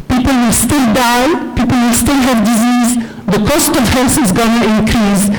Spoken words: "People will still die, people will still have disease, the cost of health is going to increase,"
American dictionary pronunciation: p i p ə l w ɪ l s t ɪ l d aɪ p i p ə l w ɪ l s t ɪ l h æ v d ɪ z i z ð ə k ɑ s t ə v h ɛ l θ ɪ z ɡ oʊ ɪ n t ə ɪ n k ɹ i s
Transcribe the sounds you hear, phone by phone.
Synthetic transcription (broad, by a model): p i p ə l w ɪ l s t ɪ l d aɪ p i p ə l w ɪ l s t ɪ l h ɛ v d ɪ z i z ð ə k ɑ s t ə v h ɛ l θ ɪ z ɡ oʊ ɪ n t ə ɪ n k ɹ i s